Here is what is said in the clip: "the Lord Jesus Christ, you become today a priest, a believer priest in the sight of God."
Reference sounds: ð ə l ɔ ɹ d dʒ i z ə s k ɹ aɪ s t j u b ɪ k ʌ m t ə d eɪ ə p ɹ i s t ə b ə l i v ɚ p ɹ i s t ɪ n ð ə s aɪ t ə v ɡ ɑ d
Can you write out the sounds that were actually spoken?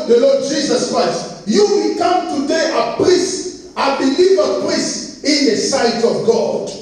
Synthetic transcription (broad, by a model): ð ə l ɔ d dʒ i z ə s k ɹ aɪ s t j u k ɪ k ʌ m t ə d eɪ ə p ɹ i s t ə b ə l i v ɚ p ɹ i s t ɪ n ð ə s aɪ t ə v ɡ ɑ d